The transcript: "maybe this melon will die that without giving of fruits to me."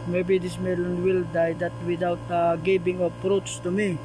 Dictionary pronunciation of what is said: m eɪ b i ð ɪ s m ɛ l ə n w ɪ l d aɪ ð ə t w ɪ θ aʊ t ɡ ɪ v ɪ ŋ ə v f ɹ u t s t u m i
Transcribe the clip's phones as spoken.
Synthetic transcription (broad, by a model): m eɪ b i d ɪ s m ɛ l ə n w ɪ l d aɪ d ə t w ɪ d aʊ t ɡ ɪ b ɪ ŋ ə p ɹ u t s t u m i